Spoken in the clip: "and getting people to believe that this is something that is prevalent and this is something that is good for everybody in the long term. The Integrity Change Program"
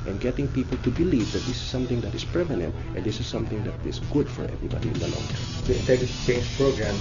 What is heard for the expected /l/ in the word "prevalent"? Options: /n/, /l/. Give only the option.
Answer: /n/